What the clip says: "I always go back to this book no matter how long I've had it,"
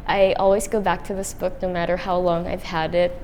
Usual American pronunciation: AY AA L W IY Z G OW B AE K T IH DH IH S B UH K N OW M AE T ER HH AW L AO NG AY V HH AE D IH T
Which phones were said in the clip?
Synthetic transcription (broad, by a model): AY AA L W IY Z G OW B AE K T IH DH IH S B UH K N OW M AE T ER HH AW L AO NG AY V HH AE D IH T